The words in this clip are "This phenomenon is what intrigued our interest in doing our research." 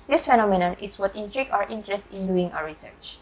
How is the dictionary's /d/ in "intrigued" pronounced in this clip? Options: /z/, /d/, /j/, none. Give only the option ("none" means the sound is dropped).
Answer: none